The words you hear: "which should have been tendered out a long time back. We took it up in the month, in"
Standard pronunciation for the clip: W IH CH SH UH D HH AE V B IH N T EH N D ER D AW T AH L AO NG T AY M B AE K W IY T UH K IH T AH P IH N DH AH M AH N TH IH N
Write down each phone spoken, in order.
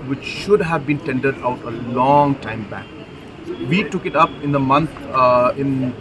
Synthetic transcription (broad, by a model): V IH CH SH UH D HH AE V B IH N T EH N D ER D AW T AH L AO NG T AY M B AE K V IY T UH K IH T AH P IH N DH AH M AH N T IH N